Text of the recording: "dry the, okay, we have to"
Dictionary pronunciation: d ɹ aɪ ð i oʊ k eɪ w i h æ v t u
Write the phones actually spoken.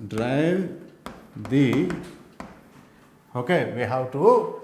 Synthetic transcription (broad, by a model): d ɹ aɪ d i oʊ k eɪ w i h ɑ w t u